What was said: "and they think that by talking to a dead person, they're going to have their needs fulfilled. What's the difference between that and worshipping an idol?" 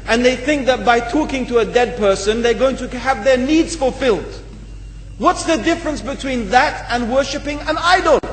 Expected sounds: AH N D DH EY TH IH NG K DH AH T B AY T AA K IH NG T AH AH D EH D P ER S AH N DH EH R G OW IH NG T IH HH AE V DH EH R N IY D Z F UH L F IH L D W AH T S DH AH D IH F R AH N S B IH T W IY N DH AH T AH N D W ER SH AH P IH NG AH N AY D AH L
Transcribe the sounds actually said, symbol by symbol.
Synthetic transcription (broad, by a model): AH N DH EY TH IH NG K DH AH T B AY T AA K IH NG T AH AH D EH D P ER S AH N DH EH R G OW IH NG T IH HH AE V DH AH R N IY D Z F UH L F IH L D W AH T S DH AH D IH F R AH N S B IH T W IY N DH AH T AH N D W ER SH AH P IH NG AH N AY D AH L